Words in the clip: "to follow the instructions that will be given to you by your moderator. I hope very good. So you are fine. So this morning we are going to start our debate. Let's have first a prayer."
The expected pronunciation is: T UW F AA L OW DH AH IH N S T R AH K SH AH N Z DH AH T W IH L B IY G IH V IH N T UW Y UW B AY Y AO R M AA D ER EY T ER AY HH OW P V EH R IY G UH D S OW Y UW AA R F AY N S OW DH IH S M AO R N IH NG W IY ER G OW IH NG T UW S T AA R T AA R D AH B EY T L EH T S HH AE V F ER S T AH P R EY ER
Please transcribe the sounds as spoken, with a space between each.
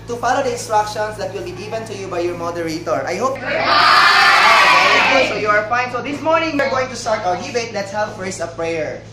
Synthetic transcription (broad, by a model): T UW F AA L OW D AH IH N S T R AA K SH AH N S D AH T W IH L B IY G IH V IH N T UW Y UW B AY Y AO R M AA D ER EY T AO AY HH OW P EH IY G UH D S OW Y UW AA R F AY N S OW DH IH S M AO R N IH NG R G OW IH NG T UW S T AA R T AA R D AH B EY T L EH T S HH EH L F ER S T AH P R EY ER